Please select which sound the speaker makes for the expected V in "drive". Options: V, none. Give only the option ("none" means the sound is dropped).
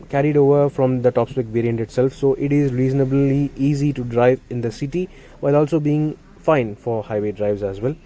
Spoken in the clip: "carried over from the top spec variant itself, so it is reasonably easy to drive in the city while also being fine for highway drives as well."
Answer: V